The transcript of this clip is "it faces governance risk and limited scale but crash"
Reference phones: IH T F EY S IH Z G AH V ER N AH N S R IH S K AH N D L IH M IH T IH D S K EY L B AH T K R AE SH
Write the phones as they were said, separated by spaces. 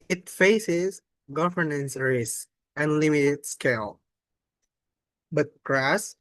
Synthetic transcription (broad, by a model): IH T F EY S IH Z G AH V ER N AH N S R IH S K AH N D L IH M IH T IH D S K EY L B AH T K R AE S